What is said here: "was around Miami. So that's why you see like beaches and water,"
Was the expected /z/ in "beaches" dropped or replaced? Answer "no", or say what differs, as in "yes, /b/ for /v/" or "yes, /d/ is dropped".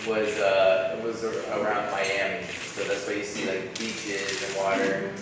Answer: no